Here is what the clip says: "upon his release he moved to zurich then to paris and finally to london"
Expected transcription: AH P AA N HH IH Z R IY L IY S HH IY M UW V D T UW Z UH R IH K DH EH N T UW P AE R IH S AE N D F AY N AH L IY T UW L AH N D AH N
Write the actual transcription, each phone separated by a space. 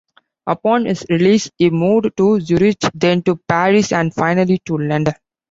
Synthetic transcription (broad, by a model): AH P AA N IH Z R IY L IY S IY M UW D T UW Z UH R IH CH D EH N T UW P AE R IH S AE N D F AY N AH L IY T UW L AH N D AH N